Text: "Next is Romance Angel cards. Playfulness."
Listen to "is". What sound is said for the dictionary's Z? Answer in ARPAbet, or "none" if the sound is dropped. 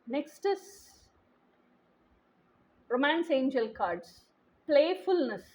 S